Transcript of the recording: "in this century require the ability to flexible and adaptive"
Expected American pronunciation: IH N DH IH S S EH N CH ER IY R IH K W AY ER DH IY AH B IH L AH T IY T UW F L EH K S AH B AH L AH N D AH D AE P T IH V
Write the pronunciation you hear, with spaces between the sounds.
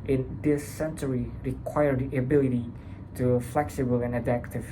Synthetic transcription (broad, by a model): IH N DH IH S S EH N CH ER IY R IH K W AY ER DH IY AH B IH L AH T IY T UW F L EH K S AH B AH L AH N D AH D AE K T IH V